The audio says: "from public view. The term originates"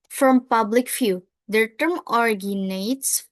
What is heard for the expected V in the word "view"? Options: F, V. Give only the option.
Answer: F